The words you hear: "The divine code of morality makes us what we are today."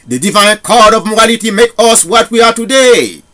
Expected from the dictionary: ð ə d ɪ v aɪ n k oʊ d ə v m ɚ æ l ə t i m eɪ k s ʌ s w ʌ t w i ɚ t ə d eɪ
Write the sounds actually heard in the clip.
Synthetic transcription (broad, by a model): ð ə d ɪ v aɪ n k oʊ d ə v m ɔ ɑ l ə t i m eɪ k ʌ s w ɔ t w i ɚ t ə d eɪ